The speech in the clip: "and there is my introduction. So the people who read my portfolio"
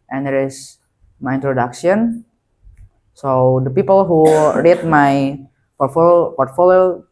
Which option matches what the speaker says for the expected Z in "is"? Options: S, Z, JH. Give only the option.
S